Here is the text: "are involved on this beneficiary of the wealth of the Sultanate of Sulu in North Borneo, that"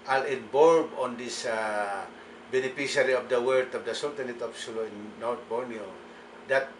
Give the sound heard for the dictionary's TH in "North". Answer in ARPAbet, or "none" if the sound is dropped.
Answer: T